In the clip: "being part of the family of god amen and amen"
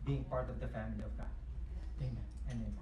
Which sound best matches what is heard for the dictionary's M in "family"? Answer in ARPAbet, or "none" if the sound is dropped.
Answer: M